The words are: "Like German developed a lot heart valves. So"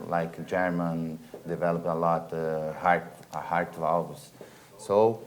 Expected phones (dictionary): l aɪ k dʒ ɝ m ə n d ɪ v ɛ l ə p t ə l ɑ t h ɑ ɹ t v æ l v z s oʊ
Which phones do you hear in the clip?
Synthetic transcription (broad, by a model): l aɪ k dʒ ɝ m ə n d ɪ v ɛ l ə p ə l ɑ t h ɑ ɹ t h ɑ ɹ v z s oʊ